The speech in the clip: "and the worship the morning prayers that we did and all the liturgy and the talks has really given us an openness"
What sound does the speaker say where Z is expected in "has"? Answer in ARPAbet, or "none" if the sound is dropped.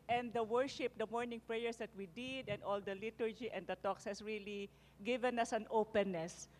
S